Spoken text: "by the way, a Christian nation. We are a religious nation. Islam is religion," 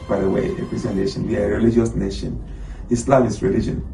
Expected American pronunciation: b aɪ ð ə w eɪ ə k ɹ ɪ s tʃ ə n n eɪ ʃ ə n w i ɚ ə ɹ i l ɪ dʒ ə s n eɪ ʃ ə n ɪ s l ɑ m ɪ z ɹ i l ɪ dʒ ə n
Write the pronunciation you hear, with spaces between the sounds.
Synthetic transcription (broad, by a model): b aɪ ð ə w eɪ ə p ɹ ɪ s ə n n eɪ ʃ ə n w i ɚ ə ɹ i l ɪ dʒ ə s n eɪ ʃ ə n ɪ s l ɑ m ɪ s ɹ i l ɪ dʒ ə n